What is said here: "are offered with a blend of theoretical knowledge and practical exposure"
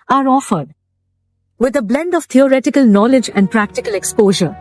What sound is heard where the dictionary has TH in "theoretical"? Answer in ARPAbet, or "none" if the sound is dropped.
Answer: T